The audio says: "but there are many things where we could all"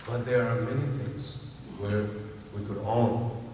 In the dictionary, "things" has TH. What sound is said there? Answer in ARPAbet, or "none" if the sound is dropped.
TH